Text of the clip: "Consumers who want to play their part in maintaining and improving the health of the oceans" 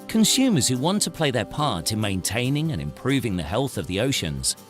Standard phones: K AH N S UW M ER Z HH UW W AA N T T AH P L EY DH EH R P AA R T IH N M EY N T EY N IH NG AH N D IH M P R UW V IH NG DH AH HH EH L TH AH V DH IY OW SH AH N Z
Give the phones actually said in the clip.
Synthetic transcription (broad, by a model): K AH N S UW M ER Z HH UW W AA N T T AH P L EY DH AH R P AA R T IH N M EY N T EY N IH NG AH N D IH M P R UW V IH NG DH AH HH EH L TH AH V DH IY OW SH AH N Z